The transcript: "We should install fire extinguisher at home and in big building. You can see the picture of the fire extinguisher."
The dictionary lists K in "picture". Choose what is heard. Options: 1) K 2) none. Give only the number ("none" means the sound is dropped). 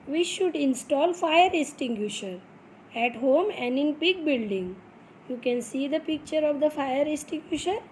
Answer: 1